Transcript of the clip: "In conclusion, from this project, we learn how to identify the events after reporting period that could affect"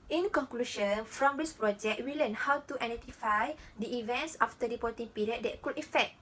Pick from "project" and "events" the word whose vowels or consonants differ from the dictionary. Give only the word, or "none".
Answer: none